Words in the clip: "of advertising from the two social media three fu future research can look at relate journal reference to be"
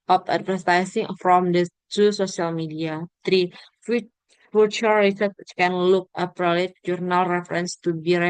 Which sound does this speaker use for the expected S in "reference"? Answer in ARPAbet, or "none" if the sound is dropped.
S